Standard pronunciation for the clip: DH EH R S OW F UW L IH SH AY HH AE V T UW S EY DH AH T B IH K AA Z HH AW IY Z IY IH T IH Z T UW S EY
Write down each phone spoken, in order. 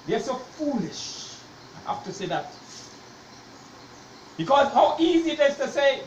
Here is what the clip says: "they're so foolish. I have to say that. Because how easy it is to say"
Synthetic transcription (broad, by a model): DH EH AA S OW F UW L IH SH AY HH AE F T UW S EY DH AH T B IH K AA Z HH AW IY Z IY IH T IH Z T UW S EY